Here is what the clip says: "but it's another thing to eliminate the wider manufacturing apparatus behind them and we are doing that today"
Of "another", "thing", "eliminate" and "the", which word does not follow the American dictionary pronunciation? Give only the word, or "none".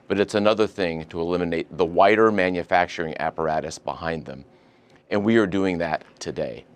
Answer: none